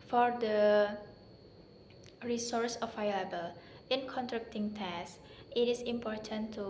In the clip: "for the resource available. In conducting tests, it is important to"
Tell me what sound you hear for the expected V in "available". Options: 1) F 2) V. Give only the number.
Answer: 1